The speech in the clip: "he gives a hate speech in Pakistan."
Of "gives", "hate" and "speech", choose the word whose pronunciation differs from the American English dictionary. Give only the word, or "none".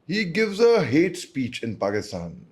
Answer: none